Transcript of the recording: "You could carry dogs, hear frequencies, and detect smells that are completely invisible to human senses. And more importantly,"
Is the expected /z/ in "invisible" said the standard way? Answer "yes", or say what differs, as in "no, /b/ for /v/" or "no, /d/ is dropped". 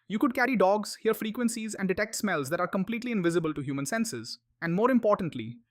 yes